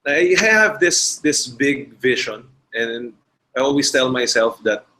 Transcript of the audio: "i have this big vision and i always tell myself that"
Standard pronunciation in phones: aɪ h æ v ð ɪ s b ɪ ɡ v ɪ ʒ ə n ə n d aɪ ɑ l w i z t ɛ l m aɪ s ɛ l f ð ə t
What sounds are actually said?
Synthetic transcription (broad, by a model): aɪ h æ v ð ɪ s b ɪ ɡ v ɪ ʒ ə n ə n d aɪ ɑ l w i s t ɛ l m aɪ s ɛ l f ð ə t